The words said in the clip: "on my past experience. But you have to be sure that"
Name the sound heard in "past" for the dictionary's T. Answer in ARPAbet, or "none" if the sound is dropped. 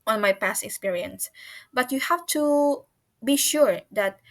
T